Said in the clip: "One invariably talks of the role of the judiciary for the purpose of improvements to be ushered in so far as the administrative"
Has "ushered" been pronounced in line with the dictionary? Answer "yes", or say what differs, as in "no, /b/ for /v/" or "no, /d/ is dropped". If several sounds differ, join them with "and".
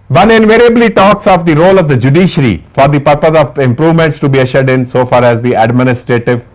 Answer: yes